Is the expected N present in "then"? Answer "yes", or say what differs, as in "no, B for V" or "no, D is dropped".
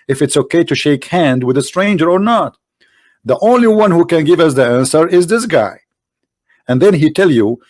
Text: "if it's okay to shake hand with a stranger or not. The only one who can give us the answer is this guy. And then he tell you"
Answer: yes